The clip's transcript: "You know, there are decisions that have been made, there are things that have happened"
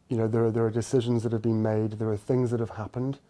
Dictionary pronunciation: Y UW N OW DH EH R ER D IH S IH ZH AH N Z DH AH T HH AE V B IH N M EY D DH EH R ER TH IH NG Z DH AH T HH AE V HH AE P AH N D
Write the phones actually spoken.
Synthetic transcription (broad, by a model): Y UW N OW DH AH R ER D IH S IH ZH AH N Z DH AH T HH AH V B IH N M EY D DH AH R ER TH IH NG Z DH AH T HH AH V HH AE P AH N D